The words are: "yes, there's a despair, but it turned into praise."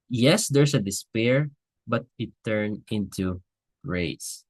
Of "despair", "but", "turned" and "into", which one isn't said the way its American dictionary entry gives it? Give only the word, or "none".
turned